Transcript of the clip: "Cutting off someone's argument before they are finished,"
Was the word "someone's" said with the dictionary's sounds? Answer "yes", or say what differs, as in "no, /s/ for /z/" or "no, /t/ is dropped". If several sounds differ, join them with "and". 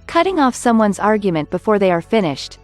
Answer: yes